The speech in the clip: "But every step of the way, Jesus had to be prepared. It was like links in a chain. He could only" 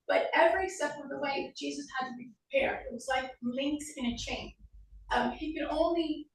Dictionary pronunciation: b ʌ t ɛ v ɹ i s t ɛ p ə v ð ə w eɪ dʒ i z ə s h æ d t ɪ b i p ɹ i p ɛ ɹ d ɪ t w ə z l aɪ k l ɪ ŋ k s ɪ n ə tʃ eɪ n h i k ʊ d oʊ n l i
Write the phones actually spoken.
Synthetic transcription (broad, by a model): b ʌ t ɛ v ɹ i s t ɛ f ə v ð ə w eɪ dʒ i z ə s h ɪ d t ɪ b i p ɹ i p ɛ ɹ d ɪ t w ə z l aɪ k l ɪ ŋ k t ɪ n ə tʃ eɪ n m i k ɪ d oʊ n l i